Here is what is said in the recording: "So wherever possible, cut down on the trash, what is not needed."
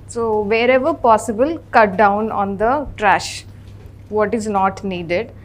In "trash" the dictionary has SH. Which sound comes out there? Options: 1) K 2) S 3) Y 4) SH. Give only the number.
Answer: 4